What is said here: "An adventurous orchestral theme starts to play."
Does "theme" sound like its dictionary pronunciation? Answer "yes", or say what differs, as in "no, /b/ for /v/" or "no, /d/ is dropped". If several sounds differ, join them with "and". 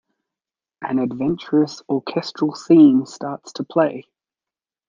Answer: no, /s/ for /θ/